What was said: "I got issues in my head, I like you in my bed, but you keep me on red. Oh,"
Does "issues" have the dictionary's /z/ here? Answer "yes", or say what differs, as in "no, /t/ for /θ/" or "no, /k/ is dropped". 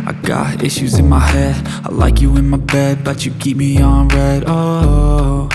yes